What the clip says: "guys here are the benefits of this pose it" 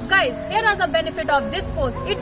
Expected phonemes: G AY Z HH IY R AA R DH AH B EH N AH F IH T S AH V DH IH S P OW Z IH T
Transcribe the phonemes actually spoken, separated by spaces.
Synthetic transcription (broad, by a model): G AY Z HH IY R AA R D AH B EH N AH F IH T AH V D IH S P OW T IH T